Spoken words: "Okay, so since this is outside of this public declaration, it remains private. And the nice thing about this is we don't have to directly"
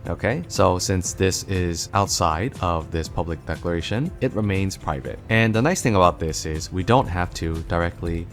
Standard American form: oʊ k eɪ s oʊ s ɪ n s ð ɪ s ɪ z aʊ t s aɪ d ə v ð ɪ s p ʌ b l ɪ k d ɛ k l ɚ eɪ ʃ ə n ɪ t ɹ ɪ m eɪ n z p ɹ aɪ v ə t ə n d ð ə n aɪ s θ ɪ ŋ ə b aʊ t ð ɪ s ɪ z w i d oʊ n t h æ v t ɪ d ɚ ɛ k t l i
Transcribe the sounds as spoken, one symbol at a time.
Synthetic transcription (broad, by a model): oʊ k eɪ s oʊ s ɪ n s ð ɪ s ɪ z aʊ t s aɪ d ə v ð ɪ s p ʌ b l ɪ k d ɛ k l ɚ eɪ ʃ ə n ɪ t ɹ ɪ m eɪ n z p ɹ aɪ v ə t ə n ð ə n aɪ s θ ɪ ŋ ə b aʊ t ð ɪ s ɪ z w i d oʊ n t h æ f t ɪ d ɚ ɛ k t l i